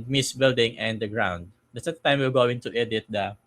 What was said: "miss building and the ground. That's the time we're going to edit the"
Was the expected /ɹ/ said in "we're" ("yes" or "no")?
no